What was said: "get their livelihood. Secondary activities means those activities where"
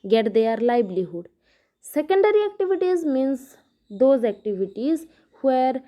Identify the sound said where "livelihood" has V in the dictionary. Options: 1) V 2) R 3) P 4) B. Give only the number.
4